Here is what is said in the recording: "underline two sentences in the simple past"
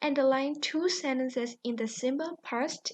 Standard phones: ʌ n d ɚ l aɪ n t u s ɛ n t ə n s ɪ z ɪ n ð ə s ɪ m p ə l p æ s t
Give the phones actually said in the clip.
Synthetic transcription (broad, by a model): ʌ n d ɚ l aɪ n t u s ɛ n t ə n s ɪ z ɪ n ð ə s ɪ m b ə l p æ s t